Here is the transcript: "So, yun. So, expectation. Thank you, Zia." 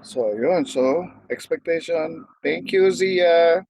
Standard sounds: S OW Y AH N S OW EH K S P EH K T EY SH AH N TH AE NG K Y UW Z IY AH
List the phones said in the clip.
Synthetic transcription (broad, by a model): S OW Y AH N S OW EH K S P EH K T EY SH AH N T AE NG K Y UW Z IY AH